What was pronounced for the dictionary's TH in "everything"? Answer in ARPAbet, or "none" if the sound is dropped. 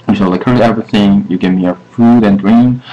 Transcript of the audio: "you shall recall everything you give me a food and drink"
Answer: TH